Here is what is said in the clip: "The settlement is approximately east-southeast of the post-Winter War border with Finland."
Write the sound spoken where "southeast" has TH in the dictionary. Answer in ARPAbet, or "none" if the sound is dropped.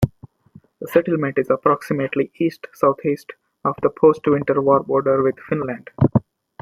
T